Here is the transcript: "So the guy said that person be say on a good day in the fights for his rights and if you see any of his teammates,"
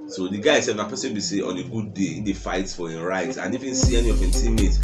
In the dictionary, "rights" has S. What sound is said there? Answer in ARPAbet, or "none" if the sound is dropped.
none